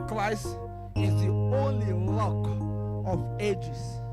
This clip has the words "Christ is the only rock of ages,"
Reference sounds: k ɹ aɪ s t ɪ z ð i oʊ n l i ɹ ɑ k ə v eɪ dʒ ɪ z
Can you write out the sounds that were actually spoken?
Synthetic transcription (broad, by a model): k ɹ aɪ s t ɪ z ð i oʊ n l i l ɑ k ə v eɪ dʒ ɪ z